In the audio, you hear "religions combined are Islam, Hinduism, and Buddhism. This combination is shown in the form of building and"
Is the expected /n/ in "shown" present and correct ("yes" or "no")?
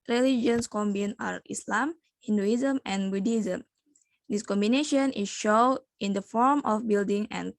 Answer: no